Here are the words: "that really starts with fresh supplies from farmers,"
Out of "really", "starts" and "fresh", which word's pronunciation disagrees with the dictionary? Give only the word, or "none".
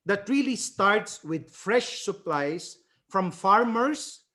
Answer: none